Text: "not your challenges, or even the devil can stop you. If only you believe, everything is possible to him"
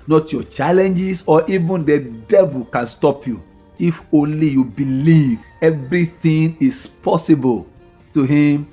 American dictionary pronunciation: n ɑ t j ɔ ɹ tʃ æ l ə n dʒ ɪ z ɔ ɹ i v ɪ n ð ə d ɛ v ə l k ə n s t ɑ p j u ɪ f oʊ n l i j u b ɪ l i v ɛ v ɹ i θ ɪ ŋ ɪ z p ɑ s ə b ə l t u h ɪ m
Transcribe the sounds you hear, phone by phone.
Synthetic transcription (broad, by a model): n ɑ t j ɔ tʃ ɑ l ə n dʒ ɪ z ɔ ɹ i v ɪ n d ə d ɛ v ə l k ə n s t ɑ p j u ɪ f oʊ n l i j u b ɪ l i v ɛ v ɹ i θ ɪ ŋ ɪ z p ɑ s ə b ə l t u h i m